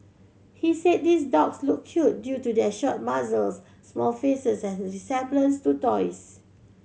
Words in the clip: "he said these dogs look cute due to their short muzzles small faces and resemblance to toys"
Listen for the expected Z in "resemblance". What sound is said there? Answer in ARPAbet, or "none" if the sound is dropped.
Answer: S